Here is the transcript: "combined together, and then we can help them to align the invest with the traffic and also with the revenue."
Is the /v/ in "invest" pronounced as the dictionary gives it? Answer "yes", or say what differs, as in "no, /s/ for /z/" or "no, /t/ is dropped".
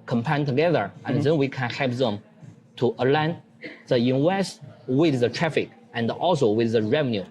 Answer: no, /w/ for /v/